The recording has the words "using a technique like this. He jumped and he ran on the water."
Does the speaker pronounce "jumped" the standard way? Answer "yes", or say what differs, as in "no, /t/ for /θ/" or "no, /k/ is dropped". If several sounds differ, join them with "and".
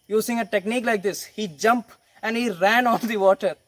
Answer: no, /t/ is dropped